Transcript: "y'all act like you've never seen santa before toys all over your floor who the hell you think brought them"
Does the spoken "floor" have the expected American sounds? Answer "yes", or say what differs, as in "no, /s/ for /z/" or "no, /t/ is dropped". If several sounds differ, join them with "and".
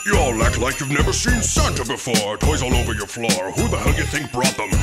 yes